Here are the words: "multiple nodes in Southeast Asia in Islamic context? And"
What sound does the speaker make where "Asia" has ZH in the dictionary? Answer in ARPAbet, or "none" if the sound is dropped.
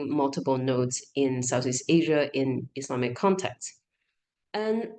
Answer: ZH